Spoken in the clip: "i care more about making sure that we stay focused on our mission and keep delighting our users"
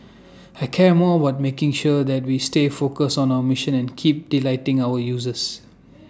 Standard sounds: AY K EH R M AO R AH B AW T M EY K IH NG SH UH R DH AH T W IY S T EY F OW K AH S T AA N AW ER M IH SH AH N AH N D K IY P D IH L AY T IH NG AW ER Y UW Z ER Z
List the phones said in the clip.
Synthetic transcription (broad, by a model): AY K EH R M AO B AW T M EY K IH NG SH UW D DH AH T W IY S T EY F OW K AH S AA N AW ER M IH SH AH N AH N K IY P D IH L AY T IH NG AW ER Y UW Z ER S